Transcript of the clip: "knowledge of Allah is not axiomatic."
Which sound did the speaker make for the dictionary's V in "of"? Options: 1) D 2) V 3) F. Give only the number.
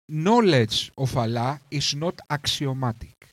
3